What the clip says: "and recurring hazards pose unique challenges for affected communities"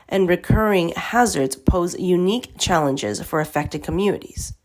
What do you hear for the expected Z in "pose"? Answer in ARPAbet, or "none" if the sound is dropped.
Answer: Z